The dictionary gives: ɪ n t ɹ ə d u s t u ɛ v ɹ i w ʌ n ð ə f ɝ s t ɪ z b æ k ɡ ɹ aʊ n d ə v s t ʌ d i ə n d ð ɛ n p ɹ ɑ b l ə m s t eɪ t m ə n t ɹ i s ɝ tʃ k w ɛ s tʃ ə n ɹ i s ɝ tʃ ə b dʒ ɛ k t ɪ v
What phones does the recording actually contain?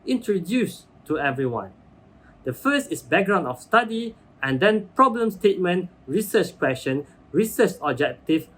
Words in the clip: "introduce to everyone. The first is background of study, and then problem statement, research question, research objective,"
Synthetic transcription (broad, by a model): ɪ n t ɹ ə d u s t u ɛ v ɹ i w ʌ n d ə f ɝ s t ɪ s b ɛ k ɡ ɹ aʊ n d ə f s t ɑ d i ə n d ɛ n p ɹ ɑ b l ə m s t eɪ t m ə n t ɹ i s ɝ tʃ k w ɛ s ʃ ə n ɹ i s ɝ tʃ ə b dʒ ɛ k t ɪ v